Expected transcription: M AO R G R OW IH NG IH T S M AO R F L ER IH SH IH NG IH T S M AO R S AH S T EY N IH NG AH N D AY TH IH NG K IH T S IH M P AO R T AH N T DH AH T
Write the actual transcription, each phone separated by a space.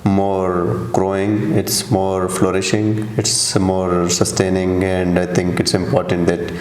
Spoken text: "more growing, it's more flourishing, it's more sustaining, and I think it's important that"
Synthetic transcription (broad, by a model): M AO R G R OW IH NG IH T S M AO R F L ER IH SH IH NG IH T S M AO R S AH S T EY N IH NG AH N D AY T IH NG K IH T S IH M P AO R T AH N T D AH T